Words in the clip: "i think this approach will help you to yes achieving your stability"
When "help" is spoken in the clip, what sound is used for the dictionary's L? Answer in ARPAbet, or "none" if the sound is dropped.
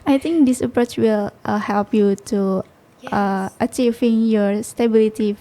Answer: L